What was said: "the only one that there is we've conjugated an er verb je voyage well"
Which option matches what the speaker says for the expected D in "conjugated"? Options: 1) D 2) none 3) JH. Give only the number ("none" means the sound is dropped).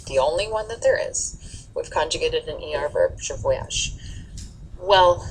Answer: 1